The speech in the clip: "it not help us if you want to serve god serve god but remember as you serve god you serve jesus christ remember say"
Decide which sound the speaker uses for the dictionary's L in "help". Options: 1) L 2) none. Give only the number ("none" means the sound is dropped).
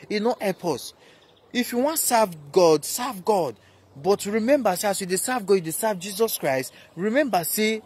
2